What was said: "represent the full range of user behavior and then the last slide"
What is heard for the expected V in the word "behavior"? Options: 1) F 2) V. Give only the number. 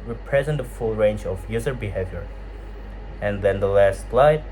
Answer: 2